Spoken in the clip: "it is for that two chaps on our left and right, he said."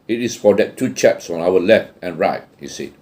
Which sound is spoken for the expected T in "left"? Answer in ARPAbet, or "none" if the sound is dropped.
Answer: T